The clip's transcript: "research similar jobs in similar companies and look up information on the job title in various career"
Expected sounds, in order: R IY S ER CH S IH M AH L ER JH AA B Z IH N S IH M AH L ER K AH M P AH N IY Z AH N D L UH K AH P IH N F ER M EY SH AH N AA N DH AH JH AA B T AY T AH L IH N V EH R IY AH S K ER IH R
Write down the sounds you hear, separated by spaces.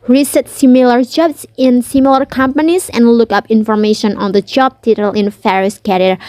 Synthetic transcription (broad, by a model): R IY S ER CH S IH M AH L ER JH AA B S IH N S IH M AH L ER K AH M P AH N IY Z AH N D L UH K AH P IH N F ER M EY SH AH N AA N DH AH JH AA B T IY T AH L IH N F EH R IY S K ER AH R